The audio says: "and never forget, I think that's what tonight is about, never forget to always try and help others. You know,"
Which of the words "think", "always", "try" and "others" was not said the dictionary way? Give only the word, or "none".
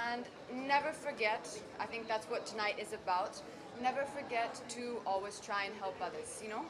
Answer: none